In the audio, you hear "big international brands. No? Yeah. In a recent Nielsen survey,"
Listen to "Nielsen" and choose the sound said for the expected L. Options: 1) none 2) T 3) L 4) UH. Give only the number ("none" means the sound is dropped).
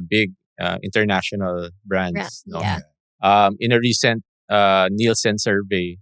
3